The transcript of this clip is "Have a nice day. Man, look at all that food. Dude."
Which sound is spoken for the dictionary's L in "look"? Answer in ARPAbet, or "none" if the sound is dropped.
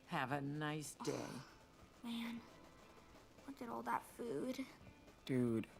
W